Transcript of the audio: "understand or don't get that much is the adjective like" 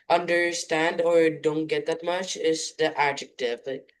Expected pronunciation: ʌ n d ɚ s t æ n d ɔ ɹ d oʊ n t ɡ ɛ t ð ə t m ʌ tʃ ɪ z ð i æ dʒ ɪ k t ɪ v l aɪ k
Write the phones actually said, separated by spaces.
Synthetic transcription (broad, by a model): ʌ n d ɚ s t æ n d ɔ ɹ d oʊ n t ɡ ɛ t ð ə t m ʌ tʃ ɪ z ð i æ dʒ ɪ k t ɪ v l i